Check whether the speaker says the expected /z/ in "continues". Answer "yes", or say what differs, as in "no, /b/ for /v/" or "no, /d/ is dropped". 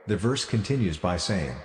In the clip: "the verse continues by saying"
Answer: yes